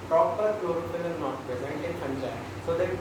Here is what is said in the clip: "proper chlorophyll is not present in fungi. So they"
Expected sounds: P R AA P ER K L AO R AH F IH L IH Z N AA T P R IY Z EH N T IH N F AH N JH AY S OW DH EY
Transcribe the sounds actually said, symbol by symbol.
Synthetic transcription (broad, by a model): P R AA P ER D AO R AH P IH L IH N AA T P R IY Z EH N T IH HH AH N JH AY S OW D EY